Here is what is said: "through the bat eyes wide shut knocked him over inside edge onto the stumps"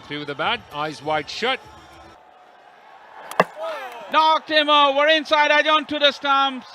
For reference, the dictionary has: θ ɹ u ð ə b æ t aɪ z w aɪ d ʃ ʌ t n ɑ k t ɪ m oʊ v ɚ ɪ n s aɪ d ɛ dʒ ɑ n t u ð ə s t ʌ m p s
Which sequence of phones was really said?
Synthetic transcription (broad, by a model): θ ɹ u ð ə b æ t aɪ z w aɪ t ʃ ʌ t n ɑ k t ɪ m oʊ ɚ ɪ n s aɪ d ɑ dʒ ɑ n t u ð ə s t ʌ m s